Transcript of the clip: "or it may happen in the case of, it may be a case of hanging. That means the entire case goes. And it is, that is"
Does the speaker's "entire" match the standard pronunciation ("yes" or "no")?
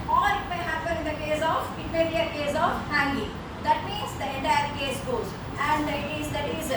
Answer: no